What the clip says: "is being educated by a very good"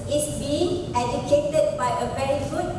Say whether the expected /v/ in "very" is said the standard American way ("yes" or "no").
no